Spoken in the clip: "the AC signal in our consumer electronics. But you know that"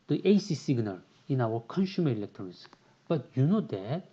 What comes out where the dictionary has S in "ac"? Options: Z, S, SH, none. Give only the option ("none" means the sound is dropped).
S